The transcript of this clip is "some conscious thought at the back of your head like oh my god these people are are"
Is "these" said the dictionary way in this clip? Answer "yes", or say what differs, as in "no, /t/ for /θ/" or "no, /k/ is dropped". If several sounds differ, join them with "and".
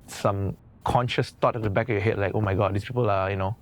no, /s/ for /z/